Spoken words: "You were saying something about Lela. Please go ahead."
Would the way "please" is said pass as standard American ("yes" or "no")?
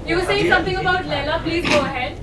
yes